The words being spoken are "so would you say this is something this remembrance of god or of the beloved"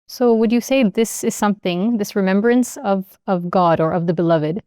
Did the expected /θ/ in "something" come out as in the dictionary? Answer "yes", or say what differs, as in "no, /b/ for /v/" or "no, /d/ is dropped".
yes